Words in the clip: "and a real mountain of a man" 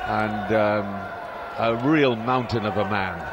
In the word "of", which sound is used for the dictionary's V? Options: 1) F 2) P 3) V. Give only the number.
3